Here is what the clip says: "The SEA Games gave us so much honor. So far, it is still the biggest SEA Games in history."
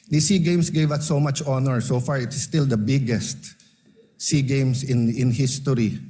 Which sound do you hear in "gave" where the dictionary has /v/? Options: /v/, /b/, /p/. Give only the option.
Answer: /v/